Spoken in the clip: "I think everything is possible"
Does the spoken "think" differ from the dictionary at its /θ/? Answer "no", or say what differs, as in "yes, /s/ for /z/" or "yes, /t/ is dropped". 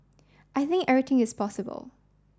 no